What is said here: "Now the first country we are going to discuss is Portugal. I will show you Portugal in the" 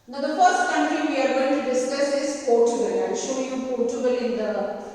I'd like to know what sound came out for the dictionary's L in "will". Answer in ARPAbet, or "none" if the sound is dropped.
N